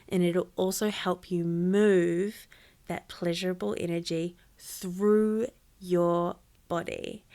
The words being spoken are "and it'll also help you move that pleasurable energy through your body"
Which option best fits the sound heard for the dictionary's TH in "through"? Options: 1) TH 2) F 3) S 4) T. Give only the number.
1